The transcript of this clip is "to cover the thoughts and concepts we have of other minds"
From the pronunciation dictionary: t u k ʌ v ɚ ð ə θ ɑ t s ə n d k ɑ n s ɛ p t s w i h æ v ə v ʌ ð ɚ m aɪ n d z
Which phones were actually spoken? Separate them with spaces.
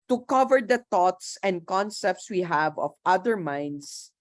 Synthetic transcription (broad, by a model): t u k ʌ v ɚ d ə t ɑ t s ə n d k ɑ n s ɛ p t s w i h æ v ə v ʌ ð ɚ m aɪ n d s